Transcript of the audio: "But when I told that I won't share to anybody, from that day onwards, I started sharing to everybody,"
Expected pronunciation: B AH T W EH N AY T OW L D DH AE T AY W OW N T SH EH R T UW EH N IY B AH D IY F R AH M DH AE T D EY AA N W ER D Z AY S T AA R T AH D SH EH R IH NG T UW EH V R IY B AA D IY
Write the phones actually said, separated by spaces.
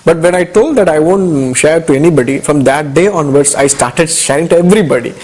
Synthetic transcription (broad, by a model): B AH T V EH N AY T OW L D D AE T AY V OW N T SH EH R T UW EH N IY B AH D IY F R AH M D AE T D EY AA N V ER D S AY S T AA R T AH D SH EH R IH NG T UW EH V R IY B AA D IY